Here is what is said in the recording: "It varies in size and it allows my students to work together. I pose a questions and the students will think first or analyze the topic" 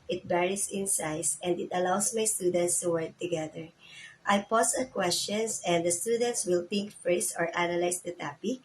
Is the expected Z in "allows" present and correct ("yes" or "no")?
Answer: no